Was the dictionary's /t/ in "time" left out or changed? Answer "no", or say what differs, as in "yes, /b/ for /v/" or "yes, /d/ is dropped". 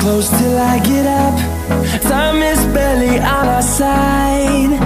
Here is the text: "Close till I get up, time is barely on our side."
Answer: yes, /s/ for /t/